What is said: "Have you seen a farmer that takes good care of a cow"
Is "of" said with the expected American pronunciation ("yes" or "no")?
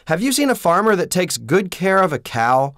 yes